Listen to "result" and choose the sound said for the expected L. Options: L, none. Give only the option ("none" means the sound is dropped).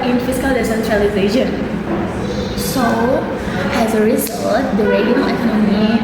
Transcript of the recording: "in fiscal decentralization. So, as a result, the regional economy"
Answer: none